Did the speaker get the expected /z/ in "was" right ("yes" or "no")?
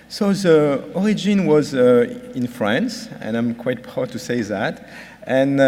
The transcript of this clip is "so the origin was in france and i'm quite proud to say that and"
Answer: yes